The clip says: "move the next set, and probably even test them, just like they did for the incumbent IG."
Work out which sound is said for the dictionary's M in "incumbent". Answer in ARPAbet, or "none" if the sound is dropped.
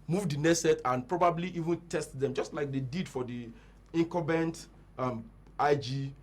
none